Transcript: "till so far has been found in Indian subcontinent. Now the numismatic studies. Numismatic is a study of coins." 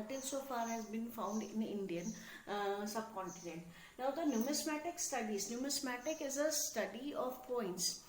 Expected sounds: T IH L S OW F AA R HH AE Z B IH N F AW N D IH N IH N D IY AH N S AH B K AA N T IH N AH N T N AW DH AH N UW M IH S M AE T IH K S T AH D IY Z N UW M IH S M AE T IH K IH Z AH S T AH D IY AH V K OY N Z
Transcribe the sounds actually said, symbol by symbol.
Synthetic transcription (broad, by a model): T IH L S OW F AA R HH AE Z B IH N F AW N D IH N IH N D IY AH N S AH B K AA N T IH N AH N T N AW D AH N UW M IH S M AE T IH K S T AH D IY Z N UW M IH S M AE T IH K IH Z AH S T AH D IY AH V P OY N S